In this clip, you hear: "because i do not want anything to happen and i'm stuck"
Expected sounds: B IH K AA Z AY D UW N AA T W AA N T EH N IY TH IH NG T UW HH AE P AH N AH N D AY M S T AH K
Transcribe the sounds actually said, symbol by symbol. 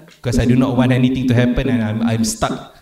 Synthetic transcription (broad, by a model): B K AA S AY D UW N AA T W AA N EH N IY T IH NG T UW HH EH P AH N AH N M AY M S T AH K